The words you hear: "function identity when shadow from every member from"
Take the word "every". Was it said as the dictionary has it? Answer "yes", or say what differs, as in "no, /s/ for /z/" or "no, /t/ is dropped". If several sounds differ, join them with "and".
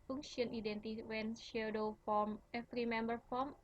no, /f/ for /v/